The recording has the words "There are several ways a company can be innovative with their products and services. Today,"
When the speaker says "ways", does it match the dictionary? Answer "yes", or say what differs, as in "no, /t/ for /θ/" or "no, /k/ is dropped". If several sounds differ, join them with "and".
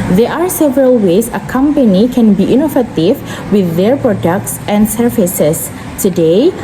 no, /s/ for /z/